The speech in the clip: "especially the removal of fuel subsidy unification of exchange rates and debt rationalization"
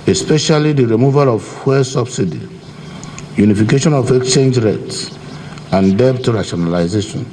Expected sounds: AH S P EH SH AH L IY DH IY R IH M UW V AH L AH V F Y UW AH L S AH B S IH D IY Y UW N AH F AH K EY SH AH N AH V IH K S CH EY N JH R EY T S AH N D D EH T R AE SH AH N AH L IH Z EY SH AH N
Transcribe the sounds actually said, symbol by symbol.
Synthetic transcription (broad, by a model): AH S P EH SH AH L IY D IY R IH M UW V AH L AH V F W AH S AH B S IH D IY Y UW N AH F AH K EY SH AH N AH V IH K S CH EY N JH R EY T S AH N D D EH T R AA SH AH N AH L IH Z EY SH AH N